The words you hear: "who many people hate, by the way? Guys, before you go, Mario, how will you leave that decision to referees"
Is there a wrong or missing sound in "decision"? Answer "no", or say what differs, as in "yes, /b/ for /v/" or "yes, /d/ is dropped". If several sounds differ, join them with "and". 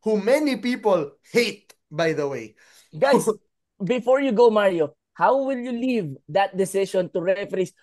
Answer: yes, /ʃ/ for /ʒ/